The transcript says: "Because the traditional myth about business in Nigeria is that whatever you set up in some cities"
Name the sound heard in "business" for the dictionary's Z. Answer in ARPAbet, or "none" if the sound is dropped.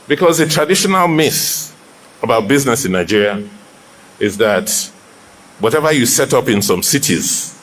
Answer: Z